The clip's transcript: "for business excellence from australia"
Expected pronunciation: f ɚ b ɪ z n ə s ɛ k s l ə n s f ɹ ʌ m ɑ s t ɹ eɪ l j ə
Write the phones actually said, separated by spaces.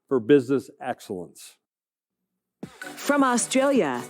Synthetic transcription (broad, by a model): f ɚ b ɪ z n ə s ɛ k s l ə n s f ɹ ʌ m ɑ s t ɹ eɪ l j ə